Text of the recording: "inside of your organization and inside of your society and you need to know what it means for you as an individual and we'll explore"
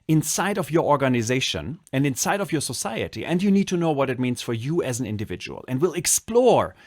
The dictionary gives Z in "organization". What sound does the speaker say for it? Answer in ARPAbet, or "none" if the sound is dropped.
Z